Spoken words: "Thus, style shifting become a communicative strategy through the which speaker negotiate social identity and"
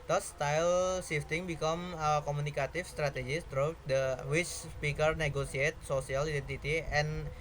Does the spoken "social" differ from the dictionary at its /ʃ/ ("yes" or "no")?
yes